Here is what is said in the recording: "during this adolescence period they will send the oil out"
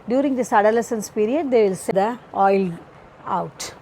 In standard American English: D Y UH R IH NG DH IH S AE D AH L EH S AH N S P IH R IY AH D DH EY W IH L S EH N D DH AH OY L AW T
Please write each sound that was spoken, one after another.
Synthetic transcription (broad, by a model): D Y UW R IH NG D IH S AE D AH L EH S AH N S P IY R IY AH D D EY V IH L S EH D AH OY L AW T